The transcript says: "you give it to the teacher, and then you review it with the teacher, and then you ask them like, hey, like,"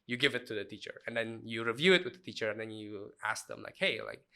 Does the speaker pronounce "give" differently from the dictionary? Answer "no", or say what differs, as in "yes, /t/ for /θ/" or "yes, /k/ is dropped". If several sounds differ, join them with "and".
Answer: no